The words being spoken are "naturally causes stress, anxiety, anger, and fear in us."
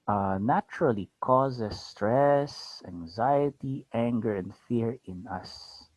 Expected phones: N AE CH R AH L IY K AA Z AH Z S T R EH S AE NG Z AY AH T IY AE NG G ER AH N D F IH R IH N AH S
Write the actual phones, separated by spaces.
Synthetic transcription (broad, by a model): N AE CH R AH L IY K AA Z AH S T R EH S AE NG Z AY AH T IY AE NG G ER AH N D F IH R IH N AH S